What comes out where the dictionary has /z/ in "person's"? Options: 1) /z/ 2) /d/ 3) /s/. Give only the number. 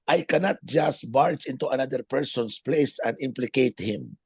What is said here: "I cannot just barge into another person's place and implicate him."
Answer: 3